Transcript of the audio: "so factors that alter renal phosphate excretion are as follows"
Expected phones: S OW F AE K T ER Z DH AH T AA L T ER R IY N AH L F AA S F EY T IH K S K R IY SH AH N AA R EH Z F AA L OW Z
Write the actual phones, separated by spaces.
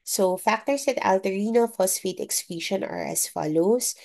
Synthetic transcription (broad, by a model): S OW F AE K T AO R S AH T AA L T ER R IY N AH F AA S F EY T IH K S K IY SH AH N AA R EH S F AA L OW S